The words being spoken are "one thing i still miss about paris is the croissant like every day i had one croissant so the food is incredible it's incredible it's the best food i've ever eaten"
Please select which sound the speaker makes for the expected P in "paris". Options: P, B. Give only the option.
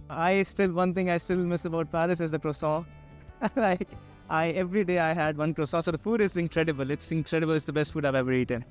P